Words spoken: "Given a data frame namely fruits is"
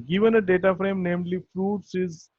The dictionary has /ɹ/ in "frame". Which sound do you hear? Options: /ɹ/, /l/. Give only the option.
/ɹ/